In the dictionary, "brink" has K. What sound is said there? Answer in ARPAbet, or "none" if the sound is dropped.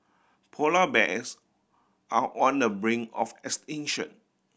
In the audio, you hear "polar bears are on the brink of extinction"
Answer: none